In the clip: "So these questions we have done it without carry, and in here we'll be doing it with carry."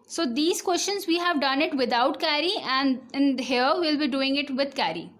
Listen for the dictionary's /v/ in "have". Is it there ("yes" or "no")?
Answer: yes